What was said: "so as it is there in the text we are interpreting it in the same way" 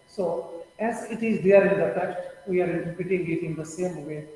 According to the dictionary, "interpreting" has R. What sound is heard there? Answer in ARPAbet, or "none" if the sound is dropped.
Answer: none